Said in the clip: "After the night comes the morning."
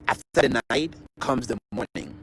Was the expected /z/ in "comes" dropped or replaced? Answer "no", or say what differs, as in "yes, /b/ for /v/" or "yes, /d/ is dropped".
no